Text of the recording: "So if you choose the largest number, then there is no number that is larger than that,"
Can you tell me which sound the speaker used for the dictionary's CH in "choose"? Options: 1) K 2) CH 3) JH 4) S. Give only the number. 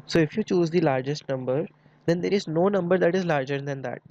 2